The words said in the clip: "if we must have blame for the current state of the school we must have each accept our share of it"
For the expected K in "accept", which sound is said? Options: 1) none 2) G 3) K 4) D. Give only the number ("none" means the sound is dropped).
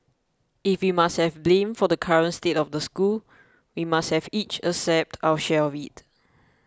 1